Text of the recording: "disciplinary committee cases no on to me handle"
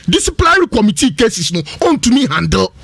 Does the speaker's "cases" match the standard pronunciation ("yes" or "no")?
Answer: no